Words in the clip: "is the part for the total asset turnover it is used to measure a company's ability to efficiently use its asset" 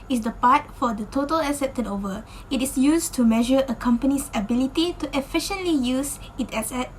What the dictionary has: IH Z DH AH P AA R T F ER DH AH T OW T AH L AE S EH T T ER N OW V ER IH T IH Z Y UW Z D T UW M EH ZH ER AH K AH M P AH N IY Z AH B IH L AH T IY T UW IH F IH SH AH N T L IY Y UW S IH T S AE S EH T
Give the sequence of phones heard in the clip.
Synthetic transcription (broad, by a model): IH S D AH P AA T F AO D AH T OW T AH L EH S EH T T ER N OW V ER IH T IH S Y UW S T UW M EH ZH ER AH K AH M P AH N IY S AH B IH L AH T IY T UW IH F IH SH AH N T L IY Y UW S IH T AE S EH T